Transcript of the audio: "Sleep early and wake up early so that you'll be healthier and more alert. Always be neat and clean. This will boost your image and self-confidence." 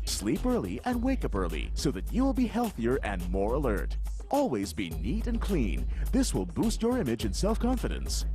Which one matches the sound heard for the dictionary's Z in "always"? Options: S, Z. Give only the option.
Z